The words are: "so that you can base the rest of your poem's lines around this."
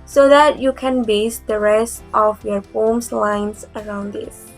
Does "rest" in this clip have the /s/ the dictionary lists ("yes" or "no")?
yes